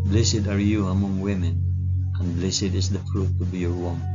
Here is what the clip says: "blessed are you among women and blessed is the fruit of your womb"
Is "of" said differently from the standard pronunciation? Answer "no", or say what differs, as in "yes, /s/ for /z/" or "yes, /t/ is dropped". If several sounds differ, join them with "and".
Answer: yes, /b/ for /v/